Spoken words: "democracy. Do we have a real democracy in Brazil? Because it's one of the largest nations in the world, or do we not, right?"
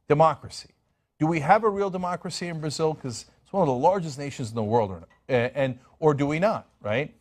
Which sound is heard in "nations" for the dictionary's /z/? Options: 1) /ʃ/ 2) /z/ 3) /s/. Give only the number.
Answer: 2